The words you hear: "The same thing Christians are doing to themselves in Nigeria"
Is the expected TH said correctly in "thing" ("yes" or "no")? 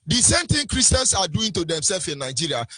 no